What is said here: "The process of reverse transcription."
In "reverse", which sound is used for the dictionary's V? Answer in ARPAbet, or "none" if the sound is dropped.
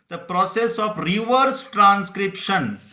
V